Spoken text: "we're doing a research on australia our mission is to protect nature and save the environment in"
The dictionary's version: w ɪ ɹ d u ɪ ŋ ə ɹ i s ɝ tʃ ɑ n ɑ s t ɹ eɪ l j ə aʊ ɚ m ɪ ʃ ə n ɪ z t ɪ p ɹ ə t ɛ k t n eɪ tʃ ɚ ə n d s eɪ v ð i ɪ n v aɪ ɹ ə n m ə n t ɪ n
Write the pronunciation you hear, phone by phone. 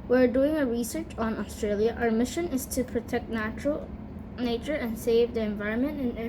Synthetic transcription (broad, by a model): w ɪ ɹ d u ɪ ŋ ə ɹ i s ɝ tʃ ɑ n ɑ s t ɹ eɪ l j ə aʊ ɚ m ɪ ʃ ə n ɪ z t ɪ p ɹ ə t ɛ k t n eɪ tʃ ɚ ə n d s eɪ v ð i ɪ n v aɪ ɹ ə n m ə n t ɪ n